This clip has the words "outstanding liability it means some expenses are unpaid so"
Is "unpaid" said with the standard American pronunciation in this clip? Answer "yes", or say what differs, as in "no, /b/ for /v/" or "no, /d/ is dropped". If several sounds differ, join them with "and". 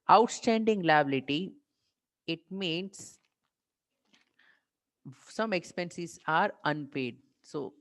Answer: yes